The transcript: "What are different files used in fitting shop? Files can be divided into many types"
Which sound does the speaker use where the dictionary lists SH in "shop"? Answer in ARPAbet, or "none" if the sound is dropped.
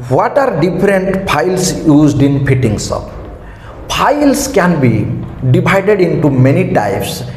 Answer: S